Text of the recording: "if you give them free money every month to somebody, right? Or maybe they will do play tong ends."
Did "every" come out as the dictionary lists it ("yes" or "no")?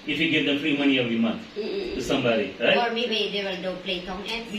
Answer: no